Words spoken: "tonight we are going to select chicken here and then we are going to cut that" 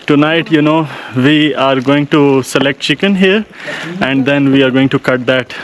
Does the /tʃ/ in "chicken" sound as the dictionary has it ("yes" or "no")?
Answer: yes